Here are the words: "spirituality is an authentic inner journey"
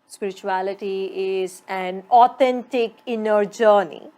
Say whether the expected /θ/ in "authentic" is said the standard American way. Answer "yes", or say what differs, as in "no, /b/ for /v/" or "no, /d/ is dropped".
no, /t/ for /θ/